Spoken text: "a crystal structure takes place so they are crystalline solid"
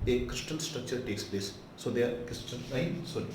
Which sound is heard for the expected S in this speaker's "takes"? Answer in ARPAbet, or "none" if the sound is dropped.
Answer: S